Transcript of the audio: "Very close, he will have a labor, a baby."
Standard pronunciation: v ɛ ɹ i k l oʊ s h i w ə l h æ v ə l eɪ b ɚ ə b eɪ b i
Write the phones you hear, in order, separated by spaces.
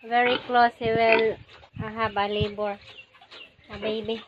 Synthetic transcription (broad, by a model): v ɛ ɹ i k l oʊ s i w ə l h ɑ b ə l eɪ b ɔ ə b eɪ b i